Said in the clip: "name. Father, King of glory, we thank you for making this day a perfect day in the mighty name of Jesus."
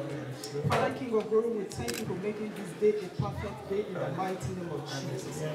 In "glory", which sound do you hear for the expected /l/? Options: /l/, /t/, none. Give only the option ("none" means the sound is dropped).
none